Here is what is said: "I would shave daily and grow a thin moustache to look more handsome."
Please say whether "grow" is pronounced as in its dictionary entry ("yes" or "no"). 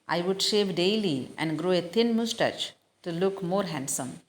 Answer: yes